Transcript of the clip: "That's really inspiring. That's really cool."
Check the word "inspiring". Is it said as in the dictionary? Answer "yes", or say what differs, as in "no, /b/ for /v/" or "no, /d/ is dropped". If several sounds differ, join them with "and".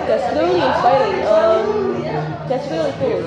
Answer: no, /p/ is dropped